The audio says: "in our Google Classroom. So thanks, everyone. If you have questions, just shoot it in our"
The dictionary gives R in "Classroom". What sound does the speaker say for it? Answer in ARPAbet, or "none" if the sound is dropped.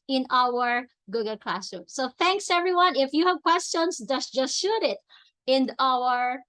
none